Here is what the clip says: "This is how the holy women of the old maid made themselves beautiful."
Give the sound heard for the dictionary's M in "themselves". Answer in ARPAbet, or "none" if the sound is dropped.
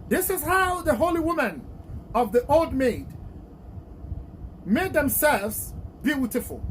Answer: M